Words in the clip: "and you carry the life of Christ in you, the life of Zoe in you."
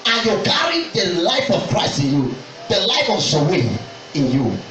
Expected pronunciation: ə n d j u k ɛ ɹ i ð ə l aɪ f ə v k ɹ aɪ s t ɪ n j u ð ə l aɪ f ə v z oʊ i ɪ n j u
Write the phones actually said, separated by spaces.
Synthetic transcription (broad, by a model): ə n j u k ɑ ɹ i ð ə l aɪ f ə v k ɹ aɪ s t ɪ n j u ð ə l aɪ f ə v s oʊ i ɪ n j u